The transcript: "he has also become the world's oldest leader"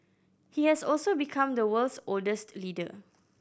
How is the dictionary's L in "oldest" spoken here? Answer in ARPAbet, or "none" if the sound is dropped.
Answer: L